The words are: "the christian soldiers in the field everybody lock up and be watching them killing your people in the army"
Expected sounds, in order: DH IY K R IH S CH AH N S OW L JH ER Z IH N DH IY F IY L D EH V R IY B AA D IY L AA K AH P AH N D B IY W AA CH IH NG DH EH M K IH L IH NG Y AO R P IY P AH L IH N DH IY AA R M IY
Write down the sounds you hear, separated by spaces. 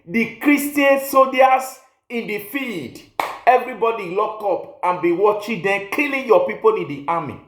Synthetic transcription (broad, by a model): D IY K R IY S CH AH N S OW JH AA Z IH N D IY F IY L D EH V R IY B AA D IY L AA K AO P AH N B IY W AA CH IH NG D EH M K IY L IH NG Y AO P IY P AH L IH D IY AA M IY